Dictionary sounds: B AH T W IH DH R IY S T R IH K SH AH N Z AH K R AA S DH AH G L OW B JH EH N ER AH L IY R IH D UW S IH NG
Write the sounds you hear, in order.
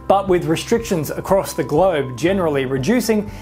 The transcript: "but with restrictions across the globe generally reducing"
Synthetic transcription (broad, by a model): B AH T W IH DH R IY S T R IH K SH AH N Z AH K R AA S DH AH G L OW B JH EH N ER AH L IY R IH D UW S IH NG